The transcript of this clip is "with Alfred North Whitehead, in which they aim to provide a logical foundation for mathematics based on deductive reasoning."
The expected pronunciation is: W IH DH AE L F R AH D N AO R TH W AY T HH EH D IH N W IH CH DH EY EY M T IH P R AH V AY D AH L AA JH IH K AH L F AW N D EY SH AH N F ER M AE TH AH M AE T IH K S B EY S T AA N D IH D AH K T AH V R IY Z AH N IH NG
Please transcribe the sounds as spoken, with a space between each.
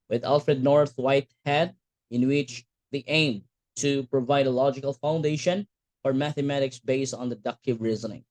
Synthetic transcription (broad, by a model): W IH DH AE L F R AH D N AO R TH W AY T HH EH D IH N W IH CH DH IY EY M T IH P R AH V AY D AH L AA JH IH K AH L F AW N D EY SH AH N F ER M AE TH AH M AE T IH K S B EY S T N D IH D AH K T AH V R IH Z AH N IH NG